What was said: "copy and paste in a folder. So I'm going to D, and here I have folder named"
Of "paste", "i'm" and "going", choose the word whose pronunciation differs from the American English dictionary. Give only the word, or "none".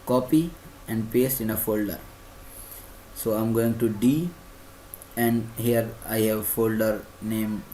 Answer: none